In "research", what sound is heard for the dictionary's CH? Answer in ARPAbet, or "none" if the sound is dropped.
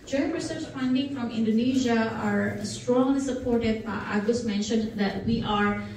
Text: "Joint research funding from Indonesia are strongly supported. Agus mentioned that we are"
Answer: S